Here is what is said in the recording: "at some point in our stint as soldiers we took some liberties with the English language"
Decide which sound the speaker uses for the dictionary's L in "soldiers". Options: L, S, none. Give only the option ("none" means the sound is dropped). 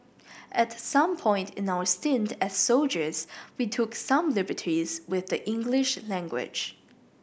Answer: L